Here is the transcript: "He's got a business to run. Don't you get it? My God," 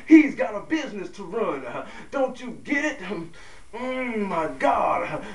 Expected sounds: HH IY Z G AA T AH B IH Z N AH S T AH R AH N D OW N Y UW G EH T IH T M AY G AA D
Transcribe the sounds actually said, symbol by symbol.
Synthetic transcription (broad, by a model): HH IY Z G AA T AH B IH Z N AH S T AH R AH N D OW N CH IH G EH T IH T M AY G AA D